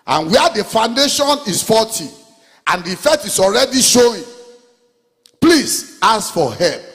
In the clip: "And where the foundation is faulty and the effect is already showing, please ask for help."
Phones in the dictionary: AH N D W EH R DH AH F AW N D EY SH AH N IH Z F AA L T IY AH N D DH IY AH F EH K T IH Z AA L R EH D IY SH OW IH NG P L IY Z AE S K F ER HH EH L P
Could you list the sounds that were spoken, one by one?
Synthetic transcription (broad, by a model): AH N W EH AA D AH F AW N D EY SH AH N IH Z F AA T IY AH N D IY F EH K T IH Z AA L R EH D IY SH OW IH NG P L IY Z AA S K F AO HH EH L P